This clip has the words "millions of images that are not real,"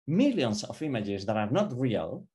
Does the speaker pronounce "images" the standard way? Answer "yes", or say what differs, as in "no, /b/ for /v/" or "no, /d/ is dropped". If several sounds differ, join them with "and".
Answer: yes